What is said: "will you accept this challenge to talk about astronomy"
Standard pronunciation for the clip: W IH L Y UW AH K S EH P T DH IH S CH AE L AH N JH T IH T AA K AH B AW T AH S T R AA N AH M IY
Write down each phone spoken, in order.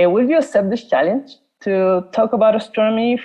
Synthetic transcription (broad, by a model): W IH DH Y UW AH S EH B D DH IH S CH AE L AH N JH T IH T AA K AH B AW T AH S T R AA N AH M IY